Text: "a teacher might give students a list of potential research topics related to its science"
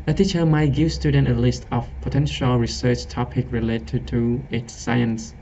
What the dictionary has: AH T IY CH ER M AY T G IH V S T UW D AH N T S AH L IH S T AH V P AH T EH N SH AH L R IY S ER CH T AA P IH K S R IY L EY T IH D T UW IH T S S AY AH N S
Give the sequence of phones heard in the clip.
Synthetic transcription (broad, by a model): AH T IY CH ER M AY T G IH V S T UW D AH N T AH L IH S T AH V P AH T EH N SH AH L R IY S ER CH T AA P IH K R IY L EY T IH T UW IH T S S AY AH N S